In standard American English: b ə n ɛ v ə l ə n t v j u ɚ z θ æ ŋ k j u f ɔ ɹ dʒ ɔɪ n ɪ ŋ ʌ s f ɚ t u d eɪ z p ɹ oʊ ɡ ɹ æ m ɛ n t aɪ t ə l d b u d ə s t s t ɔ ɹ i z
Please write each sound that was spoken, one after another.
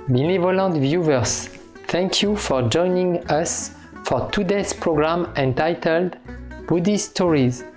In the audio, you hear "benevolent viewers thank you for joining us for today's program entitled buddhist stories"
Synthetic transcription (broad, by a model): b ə n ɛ v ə l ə n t v j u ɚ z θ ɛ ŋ k j u f ɔ ɹ dʒ ɔɪ n ɪ ŋ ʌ s f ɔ t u d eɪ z p ɹ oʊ ɡ ɹ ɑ m ɛ n t aɪ t ə l d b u d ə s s t ɔ ɹ i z